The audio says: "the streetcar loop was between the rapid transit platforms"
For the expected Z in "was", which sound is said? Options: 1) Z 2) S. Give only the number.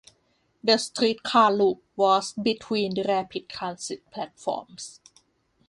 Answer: 2